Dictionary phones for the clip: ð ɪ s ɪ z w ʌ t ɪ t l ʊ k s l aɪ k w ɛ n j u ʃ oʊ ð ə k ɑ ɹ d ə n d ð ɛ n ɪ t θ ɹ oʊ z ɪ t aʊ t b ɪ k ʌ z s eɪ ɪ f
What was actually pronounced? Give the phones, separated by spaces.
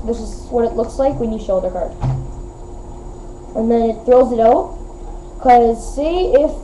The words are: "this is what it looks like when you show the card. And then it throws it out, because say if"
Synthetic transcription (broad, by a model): ð ɪ s ɪ z w ʌ t ɪ t l ʊ k s l aɪ k w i n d ʃ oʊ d ə k ɑ ɹ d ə n ð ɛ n ɪ t θ ɹ oʊ z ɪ t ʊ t k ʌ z s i ɪ f